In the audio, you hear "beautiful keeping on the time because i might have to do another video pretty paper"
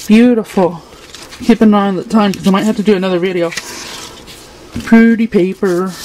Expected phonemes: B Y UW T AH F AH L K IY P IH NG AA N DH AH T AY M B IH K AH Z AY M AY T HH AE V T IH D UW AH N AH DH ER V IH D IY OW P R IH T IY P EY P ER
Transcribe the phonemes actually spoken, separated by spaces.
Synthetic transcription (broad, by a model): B Y UW T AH F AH L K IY P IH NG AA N DH AH T AY M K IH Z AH IH M AY T HH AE F T IH D AH N AH DH ER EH IH D IY OW P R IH T IY P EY P ER